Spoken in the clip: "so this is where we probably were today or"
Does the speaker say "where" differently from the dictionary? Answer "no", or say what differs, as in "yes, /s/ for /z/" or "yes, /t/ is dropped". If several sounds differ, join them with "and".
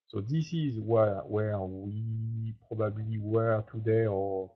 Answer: yes, /w/ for /ɹ/